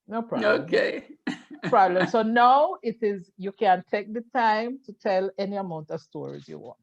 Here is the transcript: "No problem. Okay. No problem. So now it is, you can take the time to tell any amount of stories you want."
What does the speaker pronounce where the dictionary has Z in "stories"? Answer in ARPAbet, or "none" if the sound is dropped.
Z